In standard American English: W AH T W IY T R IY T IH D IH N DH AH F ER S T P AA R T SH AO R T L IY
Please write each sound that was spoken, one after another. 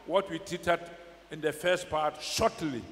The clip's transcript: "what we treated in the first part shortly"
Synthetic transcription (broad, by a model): W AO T W IY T IY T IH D IH N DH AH F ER S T P AA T SH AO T L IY